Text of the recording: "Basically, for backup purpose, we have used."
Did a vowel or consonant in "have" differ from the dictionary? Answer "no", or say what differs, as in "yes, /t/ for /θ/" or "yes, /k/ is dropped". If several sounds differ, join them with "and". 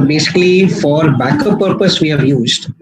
no